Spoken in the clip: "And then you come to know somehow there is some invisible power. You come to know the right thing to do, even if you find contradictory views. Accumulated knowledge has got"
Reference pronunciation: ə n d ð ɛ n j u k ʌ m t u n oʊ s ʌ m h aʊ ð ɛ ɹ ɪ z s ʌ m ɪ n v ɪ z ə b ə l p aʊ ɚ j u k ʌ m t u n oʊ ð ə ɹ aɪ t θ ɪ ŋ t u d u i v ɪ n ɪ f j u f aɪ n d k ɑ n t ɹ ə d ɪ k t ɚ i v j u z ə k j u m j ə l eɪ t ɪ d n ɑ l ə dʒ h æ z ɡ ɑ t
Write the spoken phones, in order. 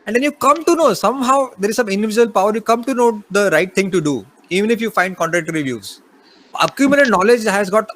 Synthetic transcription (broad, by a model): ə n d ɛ n j u k ʌ m t u n oʊ s ʌ m h aʊ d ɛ ɹ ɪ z s ʌ m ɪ n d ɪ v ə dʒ ə l p aʊ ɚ j u k ʌ m t u n oʊ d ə ɹ aɪ t t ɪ ŋ t u d u i v ɪ n ɪ f j u f aɪ n d k ɑ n t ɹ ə k t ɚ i v j u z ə k j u m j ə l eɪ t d n ɑ l ə dʒ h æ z ɡ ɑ t